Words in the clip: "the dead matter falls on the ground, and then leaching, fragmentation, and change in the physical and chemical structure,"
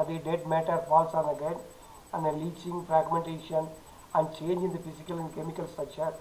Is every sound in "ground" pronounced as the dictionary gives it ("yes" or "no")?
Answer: no